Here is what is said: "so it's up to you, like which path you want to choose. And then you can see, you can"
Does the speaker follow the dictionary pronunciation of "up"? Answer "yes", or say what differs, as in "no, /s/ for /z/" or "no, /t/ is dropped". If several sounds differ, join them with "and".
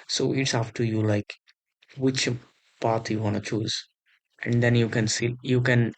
no, /f/ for /p/